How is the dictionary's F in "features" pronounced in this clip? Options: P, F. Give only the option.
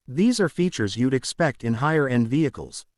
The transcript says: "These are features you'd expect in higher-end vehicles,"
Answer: F